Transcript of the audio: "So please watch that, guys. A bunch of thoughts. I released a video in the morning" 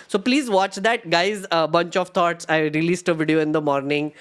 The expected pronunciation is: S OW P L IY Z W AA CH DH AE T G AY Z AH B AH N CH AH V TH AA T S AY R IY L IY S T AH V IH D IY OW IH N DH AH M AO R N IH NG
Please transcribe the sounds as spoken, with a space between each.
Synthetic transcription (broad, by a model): S OW P L IY Z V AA CH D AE T G AY Z AH B AH N CH AH V T AA T S AY R IY L IY S T AH V IH D IY OW IH N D AH M AO R N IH NG